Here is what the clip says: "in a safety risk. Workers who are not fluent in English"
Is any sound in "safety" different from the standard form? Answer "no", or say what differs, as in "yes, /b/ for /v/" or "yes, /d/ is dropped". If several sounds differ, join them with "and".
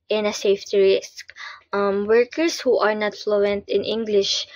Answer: no